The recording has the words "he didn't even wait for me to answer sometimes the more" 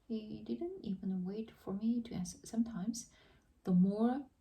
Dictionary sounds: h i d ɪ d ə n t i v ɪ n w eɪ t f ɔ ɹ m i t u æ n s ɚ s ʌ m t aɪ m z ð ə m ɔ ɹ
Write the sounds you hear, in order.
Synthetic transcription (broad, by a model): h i d ɪ d ə n t i v ɪ n w eɪ t f ɔ ɹ m i t u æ s s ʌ m t aɪ m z ð ə m ɔ ɹ